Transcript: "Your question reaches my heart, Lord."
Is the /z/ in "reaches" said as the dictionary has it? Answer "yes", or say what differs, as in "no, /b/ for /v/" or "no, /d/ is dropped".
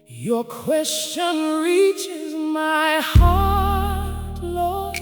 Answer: yes